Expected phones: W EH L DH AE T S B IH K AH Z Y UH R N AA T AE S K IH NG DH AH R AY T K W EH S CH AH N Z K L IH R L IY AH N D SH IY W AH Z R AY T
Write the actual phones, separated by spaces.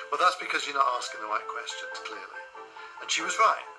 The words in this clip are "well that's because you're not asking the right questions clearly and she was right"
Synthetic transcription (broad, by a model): W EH L DH AE T S B IH K AH Z Y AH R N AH T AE S K IH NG DH AH R AY T K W EH S CH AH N K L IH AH L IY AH N SH IY W AH Z R AY T